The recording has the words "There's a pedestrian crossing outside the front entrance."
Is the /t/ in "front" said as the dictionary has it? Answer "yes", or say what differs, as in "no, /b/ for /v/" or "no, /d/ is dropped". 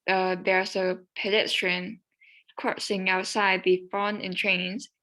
no, /t/ is dropped